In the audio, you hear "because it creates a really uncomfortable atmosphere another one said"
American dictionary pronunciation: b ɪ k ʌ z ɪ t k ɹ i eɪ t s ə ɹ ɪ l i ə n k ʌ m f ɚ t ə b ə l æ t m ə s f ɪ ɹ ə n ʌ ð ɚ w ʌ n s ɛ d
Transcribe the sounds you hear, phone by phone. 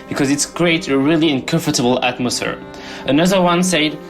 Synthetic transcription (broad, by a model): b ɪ k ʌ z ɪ t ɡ ɹ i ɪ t ə ɹ ɪ l i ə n k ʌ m f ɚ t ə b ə l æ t m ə s f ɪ ɹ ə n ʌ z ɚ w ʌ n s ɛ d